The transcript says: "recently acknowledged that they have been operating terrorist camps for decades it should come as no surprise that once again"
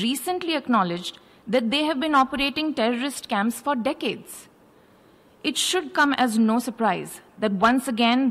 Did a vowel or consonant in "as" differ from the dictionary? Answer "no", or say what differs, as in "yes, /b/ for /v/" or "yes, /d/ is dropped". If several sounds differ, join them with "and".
no